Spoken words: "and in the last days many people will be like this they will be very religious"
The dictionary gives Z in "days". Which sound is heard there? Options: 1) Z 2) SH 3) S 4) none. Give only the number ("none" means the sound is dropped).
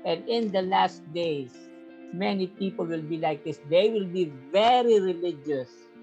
3